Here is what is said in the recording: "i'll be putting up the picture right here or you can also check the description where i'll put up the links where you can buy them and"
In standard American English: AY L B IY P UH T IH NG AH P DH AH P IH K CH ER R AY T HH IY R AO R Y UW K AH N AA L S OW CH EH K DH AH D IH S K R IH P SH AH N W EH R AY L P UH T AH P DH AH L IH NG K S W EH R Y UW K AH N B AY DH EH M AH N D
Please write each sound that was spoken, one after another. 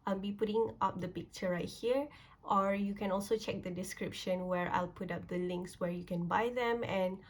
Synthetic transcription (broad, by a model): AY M B IY P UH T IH NG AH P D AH P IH K CH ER R AY T HH IY R AO R Y UW K AH N AA L S OW CH EH K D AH D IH S K R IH P SH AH N W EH R AY L P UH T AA P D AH L IH NG K S W EH R Y UW K AH N B AY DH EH M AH N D